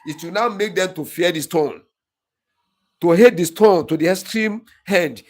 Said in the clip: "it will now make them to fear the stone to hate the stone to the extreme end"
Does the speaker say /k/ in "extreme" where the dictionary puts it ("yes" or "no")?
no